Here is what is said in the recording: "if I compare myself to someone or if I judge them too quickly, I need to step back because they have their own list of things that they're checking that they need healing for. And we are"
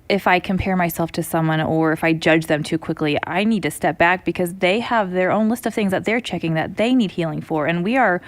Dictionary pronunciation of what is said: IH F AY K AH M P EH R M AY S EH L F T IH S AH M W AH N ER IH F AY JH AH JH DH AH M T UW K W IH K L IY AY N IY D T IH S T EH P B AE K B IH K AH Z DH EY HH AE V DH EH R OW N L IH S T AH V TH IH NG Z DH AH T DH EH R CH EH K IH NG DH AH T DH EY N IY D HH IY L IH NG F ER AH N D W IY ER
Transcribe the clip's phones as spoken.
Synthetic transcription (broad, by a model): IH F AY K AH M P EH R M AY S EH L F T IH S AH M W AH N ER IH F AY JH AH JH DH AH M T UW K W IH K L IY AY N IY D T IH S T EH P B AE K B IH K AH Z DH EY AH V DH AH R OW N L IH S T AH V TH IH NG Z DH AH T DH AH R CH EH K IH NG DH AH T DH EY N IY D HH IY L IH NG F ER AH N W IY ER